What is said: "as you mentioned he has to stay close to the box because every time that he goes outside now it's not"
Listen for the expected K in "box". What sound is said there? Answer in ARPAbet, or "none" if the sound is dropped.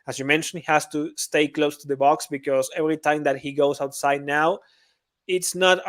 K